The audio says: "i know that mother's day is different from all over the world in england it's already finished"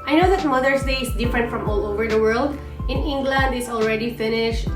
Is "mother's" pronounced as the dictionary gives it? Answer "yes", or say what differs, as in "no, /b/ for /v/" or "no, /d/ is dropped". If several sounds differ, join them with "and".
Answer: no, /s/ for /z/